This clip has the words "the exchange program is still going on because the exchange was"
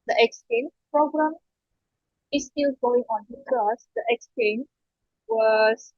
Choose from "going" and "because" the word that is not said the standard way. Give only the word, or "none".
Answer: because